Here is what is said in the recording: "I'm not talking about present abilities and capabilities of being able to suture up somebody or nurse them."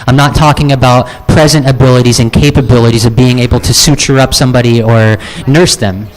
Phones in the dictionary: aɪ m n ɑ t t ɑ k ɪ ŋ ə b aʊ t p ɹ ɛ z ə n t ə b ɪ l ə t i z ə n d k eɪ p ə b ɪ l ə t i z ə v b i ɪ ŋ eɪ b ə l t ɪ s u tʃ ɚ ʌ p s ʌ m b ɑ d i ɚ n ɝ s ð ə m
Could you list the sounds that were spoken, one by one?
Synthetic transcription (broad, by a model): aɪ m n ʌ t t ɑ k ɪ ŋ ə b aʊ t p ɹ ɛ z ə n t ə b ɪ l ə t i z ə n k eɪ p ə b ɪ l ə t i z ə v b i ɪ ŋ eɪ b l t ɪ s u tʃ ɚ ʌ p s ʌ m b ɑ d i ɚ n ɝ s ð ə m